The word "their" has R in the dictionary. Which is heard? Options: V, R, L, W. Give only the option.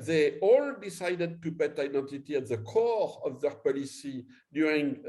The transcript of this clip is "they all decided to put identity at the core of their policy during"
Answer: R